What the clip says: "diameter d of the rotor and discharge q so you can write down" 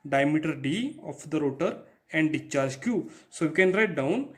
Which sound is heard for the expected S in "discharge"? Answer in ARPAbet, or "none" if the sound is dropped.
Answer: none